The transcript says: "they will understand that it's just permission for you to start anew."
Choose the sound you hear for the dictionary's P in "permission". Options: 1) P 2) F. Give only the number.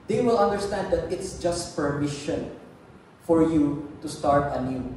1